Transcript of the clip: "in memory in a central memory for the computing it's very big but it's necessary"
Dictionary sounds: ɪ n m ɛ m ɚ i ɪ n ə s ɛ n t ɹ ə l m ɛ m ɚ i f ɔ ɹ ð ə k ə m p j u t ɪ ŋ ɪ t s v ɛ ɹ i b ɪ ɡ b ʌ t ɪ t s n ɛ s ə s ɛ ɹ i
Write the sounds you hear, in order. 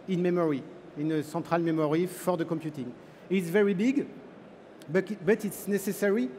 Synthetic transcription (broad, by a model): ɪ n m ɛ m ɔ i ɪ n ə s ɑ t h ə l m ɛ m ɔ i f ɔ ɹ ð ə k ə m p j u t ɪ ŋ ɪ t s v ɛ ɹ i b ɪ ɡ b ʌ t ɪ t s n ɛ s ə s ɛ ɹ i